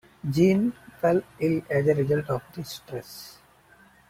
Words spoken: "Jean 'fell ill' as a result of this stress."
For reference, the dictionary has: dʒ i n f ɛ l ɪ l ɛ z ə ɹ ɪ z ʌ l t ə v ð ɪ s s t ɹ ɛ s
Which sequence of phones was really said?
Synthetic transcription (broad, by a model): dʒ i n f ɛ l ɪ l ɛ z ə ɹ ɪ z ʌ l t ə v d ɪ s s t ɹ ɛ s